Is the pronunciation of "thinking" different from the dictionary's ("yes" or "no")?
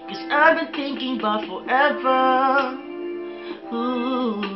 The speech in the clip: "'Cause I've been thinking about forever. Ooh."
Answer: no